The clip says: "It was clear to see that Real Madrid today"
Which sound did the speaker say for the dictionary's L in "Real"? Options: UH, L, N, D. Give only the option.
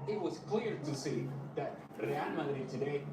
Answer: N